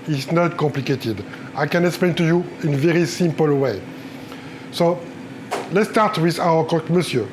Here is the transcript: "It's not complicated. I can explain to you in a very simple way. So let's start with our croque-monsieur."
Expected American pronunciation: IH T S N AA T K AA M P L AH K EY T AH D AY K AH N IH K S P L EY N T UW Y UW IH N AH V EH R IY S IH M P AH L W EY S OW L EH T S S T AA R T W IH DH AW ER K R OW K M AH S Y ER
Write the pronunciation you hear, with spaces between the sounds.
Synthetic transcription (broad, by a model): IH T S N AA T K AA M P L AH K EY T AH D AY K AH N IH K S P L EY N T UW Y UW IH N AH V EH R IY S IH M P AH L W EY S OW L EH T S S T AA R T W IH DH AW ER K OW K M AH S Y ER